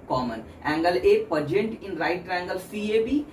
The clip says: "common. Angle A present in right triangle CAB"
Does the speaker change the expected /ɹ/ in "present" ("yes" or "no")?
yes